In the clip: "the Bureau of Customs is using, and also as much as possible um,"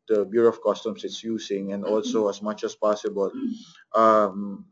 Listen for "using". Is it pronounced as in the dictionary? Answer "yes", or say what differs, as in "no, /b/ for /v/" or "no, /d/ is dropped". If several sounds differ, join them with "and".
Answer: no, /s/ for /z/